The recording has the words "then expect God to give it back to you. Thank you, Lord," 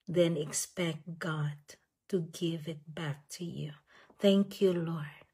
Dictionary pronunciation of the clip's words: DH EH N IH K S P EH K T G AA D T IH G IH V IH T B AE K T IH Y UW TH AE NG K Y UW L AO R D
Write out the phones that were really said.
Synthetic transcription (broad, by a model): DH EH N IH K S P EH K T G AA D T IH G IH V IH T B AE K T IH Y UW TH AE NG K Y UW L AO R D